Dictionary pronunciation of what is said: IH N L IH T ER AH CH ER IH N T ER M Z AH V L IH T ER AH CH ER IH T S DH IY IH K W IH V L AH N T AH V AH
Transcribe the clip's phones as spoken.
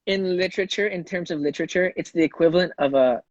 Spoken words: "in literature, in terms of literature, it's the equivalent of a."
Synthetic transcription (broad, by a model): IH N L IH T ER AH CH ER IH N T ER M Z AH V L IH T ER AH CH ER IH T S DH IY IH K W IH V L AH N T AH V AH